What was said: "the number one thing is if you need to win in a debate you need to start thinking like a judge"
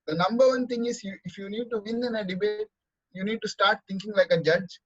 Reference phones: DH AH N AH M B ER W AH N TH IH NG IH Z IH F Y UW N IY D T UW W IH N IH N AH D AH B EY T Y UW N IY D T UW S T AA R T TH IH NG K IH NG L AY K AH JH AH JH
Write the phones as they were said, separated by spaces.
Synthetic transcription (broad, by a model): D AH N AH M B ER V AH N T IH NG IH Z IH F Y UW N IY D T UW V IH N IH N AH D AH B EY T Y UW N IY D T UW S T AA R T T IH NG K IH NG L AY K AH JH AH JH